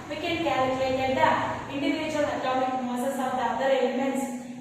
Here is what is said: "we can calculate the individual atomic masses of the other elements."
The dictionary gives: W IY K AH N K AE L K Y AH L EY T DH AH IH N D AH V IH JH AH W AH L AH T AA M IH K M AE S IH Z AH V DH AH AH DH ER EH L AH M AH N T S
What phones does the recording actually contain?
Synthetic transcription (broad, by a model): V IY K AH N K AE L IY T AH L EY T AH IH N D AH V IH JH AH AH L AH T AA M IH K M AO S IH S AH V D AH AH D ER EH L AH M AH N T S